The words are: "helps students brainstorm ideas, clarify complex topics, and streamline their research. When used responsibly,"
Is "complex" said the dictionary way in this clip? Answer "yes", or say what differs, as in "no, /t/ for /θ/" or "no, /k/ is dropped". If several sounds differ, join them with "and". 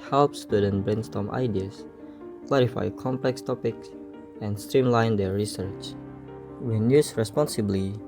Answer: yes